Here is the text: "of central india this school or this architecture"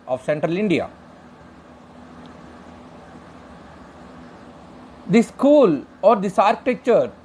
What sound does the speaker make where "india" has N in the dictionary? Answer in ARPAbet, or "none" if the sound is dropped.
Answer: N